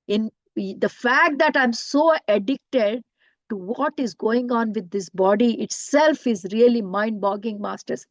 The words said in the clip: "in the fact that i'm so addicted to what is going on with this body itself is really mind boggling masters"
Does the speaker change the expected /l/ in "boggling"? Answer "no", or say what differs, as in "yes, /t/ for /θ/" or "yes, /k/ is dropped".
yes, /l/ is dropped